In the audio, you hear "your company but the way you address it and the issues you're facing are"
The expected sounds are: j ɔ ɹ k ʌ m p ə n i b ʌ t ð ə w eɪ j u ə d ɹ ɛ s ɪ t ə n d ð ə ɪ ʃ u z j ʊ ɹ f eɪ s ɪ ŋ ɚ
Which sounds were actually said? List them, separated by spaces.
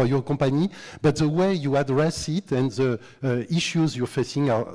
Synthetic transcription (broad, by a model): j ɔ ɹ k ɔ p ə n i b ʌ t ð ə w eɪ j u ə d ɹ ɛ s ɪ t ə n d ð ə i ʃ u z j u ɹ f eɪ s ɪ ŋ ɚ